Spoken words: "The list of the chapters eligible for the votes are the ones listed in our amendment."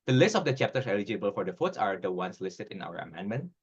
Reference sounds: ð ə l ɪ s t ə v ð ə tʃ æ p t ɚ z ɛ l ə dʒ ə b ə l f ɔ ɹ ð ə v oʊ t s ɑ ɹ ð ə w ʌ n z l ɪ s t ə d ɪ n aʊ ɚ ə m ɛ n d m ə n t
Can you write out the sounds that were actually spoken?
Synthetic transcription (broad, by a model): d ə l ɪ s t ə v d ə tʃ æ p t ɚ s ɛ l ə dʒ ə b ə l f ɔ ɹ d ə f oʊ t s ɑ ɹ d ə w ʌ n s l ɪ s t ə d ɪ n aʊ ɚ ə m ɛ n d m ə n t